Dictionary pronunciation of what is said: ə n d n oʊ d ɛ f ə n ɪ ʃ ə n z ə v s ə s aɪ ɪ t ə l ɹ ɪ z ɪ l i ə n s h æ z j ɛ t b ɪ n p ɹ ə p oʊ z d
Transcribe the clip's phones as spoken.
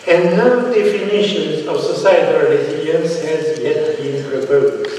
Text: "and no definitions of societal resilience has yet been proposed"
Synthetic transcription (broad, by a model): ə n n oʊ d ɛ f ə n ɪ ʃ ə n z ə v s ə s aɪ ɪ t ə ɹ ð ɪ i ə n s h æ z j ɛ t b ɪ n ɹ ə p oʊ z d